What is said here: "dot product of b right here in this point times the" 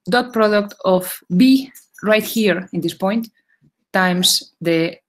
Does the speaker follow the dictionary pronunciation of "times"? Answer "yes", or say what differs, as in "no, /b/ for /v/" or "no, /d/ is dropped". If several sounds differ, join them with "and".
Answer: no, /s/ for /z/